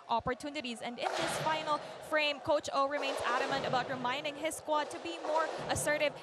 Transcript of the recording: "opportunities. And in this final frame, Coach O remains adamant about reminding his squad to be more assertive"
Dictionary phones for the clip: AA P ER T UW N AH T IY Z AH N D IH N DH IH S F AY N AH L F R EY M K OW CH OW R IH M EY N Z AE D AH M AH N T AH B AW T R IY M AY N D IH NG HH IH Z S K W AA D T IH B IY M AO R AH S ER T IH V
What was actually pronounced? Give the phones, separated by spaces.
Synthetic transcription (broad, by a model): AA P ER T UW N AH T IY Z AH N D IH N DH IH S F AY N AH L F R EY M K OW CH OW R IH M EY N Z AE D AH M AH N T AH B AW T R IY M AY N D IH NG HH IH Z S K W AA D T IH B IY M AO R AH S ER T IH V